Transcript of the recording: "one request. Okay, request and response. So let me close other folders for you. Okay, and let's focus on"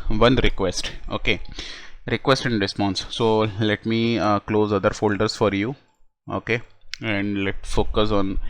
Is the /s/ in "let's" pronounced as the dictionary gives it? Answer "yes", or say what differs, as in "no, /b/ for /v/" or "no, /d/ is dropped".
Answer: no, /s/ is dropped